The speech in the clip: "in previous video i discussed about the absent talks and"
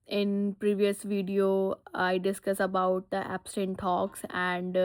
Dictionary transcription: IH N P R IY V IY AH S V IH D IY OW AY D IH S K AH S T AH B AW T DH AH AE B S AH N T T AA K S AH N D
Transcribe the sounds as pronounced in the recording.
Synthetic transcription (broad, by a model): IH N P R IY V IY AH S V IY D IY OW AY D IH S K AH S AH B AW T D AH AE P S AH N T T AA K S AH N D